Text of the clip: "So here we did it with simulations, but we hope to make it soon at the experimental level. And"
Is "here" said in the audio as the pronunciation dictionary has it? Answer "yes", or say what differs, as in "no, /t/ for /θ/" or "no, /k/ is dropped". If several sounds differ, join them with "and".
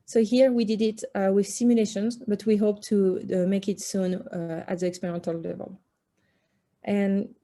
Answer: yes